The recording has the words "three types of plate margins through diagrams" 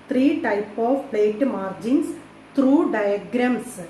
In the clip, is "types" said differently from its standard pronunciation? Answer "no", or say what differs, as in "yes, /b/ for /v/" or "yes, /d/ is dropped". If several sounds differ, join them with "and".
yes, /s/ is dropped